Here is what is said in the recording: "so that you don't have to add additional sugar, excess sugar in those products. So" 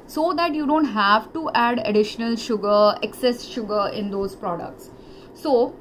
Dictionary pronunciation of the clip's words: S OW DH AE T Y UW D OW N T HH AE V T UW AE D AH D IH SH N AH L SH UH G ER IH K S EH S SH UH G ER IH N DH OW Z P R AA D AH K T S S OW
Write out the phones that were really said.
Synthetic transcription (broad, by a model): S OW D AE T Y UW D OW N T HH AE V T UW AE D AH D IH SH N AH L SH UH G ER IH K S EH S SH UH G ER IH N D OW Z P R AA D AH K T S S OW